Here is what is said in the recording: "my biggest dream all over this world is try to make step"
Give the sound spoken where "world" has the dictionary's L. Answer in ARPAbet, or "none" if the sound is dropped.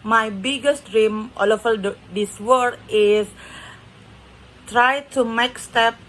none